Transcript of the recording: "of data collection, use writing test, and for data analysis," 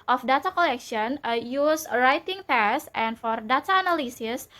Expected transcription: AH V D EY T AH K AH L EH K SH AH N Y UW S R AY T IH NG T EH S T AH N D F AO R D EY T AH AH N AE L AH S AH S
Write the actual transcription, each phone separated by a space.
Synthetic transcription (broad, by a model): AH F D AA T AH K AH L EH K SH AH N Y UW S R AY T IH NG T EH S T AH N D F AO R D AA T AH N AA L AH S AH S